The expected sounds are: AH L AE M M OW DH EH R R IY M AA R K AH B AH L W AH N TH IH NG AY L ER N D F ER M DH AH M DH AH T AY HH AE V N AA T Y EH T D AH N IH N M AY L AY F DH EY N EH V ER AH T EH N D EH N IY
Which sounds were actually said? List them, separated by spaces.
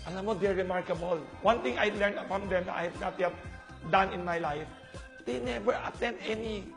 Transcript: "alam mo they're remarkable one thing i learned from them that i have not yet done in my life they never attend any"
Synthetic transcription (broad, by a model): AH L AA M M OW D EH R R IY M AA R K AH B AH L W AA N T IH NG AY L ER N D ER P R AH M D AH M AY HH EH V N AA T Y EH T D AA N IH N M AY L AY F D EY N EH V ER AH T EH N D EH N IY